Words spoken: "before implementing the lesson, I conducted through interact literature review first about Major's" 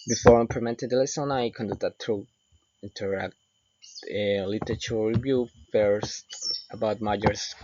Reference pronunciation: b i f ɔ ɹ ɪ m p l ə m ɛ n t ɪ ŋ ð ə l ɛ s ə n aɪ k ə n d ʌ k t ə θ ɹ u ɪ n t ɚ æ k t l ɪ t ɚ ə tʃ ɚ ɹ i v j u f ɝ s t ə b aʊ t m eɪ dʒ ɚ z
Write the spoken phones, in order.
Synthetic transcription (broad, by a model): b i f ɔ ɹ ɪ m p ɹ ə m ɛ n t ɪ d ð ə l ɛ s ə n aɪ k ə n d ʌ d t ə t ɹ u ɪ n t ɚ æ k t l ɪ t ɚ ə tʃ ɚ ɹ i v j u f ɝ s t ə b aʊ t m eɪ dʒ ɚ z